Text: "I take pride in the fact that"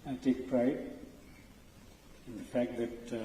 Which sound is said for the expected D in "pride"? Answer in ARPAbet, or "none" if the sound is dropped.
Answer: none